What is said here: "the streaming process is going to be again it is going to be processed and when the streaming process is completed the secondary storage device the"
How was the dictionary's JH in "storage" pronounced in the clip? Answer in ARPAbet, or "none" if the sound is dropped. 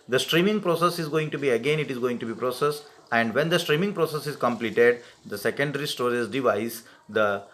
Z